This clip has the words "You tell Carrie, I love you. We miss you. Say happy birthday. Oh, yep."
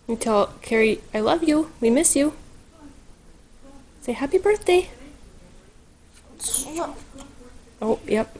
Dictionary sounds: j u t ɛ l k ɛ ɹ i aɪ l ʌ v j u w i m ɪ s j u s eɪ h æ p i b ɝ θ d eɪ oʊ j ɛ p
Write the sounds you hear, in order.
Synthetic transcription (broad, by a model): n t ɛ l k ɛ ɹ i aɪ l ʌ v j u w i m ɪ s j u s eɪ h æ p i b ɝ θ d eɪ oʊ j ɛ p